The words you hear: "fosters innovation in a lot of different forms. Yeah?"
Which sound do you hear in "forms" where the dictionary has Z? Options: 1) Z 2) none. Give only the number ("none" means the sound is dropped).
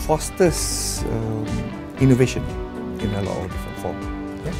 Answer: 2